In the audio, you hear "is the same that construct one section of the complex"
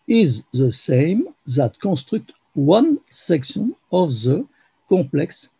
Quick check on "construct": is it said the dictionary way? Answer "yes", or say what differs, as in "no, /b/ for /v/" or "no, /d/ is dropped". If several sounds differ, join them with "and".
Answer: no, /n/ is dropped